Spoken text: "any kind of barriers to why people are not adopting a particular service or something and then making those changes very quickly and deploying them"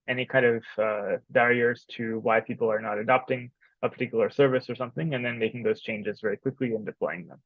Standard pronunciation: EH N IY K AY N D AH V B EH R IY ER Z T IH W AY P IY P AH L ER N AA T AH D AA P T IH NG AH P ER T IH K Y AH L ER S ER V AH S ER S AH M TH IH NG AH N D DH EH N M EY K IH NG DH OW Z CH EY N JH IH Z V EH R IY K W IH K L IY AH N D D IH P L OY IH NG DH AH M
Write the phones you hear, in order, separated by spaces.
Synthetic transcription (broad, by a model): EH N IY K AY N D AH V B EH R IY ER Z T IH W AY P IY P L ER N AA T AH D AA P T IH NG AH P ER T IH K Y L ER S ER V AH S ER S AH M TH IH NG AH N DH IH N M EY K IH NG DH OW Z CH EY N JH IH Z V EH R IY K W IH K L IY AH N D D IH P L OY IH NG DH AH M